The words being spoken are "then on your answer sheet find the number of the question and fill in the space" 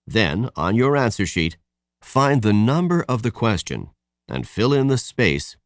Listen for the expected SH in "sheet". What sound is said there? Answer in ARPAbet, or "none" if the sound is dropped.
SH